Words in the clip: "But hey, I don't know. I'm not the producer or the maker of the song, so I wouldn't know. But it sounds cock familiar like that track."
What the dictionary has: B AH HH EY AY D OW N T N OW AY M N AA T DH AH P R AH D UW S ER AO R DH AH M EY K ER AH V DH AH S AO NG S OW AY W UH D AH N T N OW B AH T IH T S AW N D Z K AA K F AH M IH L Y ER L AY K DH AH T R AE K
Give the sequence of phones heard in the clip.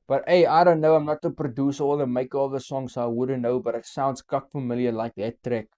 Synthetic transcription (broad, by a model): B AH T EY AY D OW N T N OW AY M N AA T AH P R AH D UW S AO L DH AH M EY K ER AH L DH AH S AO NG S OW AY W UH D AH N T N OW B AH T IH T S AW N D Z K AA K F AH M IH L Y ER L AY K DH AH T R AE K